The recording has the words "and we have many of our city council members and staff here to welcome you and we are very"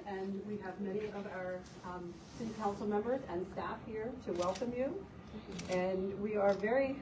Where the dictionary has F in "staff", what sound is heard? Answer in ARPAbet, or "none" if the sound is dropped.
F